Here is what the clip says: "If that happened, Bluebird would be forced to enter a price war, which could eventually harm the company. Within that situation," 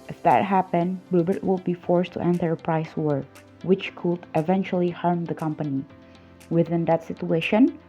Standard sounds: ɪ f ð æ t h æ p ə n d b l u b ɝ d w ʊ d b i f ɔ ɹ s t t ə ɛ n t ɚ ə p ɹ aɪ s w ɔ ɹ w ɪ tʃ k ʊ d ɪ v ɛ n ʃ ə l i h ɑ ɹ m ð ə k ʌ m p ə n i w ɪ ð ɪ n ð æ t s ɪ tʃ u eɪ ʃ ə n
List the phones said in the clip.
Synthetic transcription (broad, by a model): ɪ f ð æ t h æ p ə n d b u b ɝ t w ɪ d b i f ɔ ɹ s t t ɛ n t ɚ ə p ɹ aɪ s w ɔ ɹ w ɪ tʃ k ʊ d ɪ v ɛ n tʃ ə l i h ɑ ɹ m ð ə k ʌ m p ə n i w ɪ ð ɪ n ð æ t s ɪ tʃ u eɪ ʃ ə n